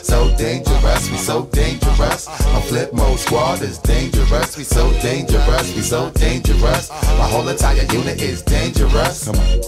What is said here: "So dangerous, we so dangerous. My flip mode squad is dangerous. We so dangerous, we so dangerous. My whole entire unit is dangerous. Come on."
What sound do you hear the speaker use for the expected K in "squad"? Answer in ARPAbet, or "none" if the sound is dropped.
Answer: none